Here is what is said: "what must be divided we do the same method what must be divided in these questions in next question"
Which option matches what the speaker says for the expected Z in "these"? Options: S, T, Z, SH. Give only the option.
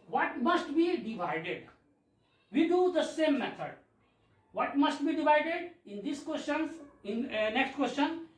S